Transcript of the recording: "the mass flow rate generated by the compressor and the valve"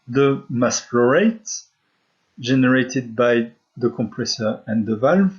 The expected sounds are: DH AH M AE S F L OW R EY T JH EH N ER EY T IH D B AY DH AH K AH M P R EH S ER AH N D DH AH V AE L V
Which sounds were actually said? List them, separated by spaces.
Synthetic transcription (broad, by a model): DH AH M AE S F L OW R EY T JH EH N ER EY T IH D B AY DH AH K AH M P R EH S ER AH N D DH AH V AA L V